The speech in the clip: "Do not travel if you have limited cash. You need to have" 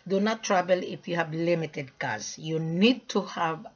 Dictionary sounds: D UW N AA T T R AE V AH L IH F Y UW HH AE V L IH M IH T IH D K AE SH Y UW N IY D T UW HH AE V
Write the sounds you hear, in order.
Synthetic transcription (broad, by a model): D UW N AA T T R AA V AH L IH F Y UW HH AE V L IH M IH T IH D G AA S Y UW N IY D T UW HH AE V